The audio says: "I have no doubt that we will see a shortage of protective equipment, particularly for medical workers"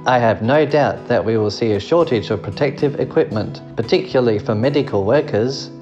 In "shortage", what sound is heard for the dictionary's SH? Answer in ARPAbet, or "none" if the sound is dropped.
SH